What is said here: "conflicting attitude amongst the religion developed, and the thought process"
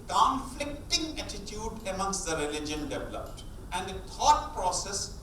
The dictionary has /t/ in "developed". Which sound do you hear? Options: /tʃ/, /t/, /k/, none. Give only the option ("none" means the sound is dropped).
/t/